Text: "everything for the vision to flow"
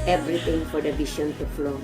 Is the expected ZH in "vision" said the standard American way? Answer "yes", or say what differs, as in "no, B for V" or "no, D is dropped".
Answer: no, SH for ZH